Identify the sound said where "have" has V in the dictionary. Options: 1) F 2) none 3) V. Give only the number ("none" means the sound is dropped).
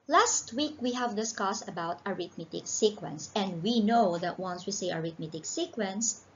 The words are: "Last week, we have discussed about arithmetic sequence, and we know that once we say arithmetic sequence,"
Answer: 3